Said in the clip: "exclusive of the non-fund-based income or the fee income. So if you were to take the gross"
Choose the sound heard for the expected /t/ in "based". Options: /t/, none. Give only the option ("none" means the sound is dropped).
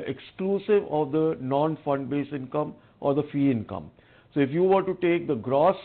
none